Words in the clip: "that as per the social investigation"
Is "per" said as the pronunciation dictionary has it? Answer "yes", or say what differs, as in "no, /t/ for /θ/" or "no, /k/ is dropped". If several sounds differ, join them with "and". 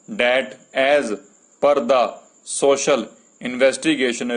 yes